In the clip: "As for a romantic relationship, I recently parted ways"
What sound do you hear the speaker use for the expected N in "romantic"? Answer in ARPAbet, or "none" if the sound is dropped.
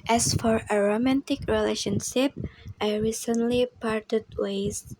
N